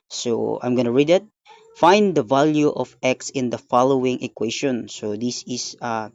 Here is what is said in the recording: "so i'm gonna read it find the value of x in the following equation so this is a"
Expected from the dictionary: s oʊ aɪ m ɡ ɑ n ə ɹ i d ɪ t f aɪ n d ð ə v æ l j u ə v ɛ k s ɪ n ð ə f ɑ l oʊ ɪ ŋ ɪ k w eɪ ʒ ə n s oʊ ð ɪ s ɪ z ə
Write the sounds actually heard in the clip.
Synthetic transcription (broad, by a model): s oʊ aɪ m ɡ ɑ n ə ɹ i d ɪ t f aɪ n d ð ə v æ l j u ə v ɛ k s ɪ n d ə f ɑ l oʊ ɪ ŋ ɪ k w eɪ ʃ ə n s oʊ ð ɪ s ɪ s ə